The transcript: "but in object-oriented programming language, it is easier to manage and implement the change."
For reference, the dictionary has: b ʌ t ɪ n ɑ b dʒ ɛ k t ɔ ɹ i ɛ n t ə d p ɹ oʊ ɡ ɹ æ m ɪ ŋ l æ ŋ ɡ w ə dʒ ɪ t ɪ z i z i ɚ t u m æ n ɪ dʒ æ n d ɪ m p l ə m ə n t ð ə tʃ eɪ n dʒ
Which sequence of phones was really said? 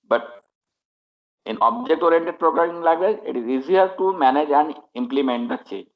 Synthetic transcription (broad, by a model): b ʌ t ɪ n ɑ b dʒ ɛ k t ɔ ɹ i n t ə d p ɹ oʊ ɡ ɹ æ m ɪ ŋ l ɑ ɡ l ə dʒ ɪ t ɪ z i z i ɚ t u m æ n ɪ dʒ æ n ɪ m p l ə m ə n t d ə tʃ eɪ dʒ